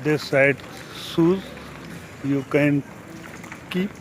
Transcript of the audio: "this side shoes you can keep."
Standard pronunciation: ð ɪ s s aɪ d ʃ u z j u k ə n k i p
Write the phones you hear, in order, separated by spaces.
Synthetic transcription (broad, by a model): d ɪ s s aɪ d s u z j u k ə n k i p